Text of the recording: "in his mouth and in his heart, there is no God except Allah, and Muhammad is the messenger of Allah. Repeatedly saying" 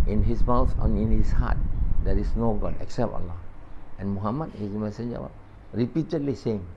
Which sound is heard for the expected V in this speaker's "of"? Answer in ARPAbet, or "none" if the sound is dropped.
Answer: W